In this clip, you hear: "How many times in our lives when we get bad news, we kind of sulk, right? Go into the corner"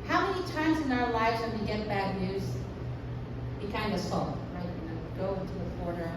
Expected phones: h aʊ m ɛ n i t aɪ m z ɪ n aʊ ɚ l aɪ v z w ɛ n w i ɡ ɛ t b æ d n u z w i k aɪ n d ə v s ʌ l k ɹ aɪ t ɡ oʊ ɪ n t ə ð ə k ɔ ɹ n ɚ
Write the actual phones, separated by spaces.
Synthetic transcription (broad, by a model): h aʊ m ɛ n i t aɪ m z ɪ n aʊ ɚ l aɪ v z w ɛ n w i ɡ ɛ t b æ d n u z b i k aɪ n d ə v s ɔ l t ɹ aɪ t ɡ oʊ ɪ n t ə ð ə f ɔ ɹ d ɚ